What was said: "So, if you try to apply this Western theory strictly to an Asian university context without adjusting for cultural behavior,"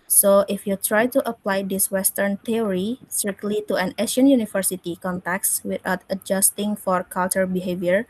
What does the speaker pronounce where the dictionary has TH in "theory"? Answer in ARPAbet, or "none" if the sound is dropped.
T